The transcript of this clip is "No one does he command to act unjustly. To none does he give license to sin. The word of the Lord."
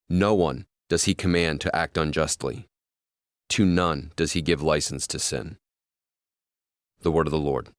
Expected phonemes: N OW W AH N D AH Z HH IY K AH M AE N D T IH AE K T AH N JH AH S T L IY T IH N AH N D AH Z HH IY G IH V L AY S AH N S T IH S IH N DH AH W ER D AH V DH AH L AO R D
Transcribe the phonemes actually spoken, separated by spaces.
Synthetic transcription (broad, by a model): N OW W AH N D AH Z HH IY K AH M AE N T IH AE K T AH N JH AH S T L IY T IH N AH N D AH Z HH IY G IH V L AY S N S T IH S IH N DH AH W ER D AH V DH AH L AO R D